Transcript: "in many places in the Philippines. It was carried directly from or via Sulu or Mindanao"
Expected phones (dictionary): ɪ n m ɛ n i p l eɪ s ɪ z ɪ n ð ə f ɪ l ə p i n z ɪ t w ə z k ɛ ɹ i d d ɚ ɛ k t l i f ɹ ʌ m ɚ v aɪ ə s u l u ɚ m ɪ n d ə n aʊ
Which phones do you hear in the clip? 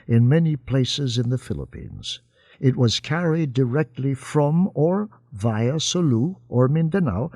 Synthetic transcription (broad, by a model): ɪ n m ɛ n i p l eɪ s ɪ z ɪ n ð ə f ɪ l ə p i n z ɪ t w ə z k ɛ ɹ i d d ɚ ɛ k t l i f ɹ ʌ m ɚ v aɪ ə s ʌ l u ɚ m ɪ n d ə n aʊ